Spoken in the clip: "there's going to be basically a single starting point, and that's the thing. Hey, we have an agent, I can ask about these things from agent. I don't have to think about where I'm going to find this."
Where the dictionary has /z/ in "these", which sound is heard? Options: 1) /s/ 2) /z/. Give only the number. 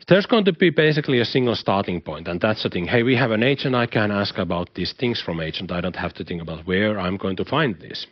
1